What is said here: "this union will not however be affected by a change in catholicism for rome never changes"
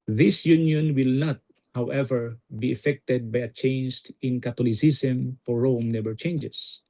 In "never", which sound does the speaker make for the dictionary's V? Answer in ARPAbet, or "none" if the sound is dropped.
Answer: B